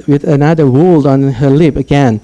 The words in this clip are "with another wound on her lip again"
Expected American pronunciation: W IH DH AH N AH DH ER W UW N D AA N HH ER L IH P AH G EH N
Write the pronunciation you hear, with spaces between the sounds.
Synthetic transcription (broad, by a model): W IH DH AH N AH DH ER W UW L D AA N HH ER L IH P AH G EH N